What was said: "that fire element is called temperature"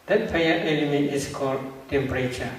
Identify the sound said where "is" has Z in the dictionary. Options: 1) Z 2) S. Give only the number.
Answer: 2